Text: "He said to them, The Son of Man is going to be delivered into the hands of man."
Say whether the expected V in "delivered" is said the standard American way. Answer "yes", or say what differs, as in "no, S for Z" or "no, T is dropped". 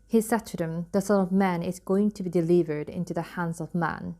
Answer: yes